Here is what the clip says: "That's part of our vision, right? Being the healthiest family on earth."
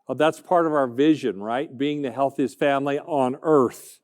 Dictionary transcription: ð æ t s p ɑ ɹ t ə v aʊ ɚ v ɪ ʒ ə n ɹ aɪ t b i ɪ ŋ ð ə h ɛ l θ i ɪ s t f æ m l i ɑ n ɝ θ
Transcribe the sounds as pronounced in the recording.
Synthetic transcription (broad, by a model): ð æ t s p ɑ ɹ t ə v aʊ ɚ v ɪ ʒ ə n ɹ aɪ t b i ɪ ŋ ð ə h ɛ l θ i ɪ s t f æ m l i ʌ n ɝ θ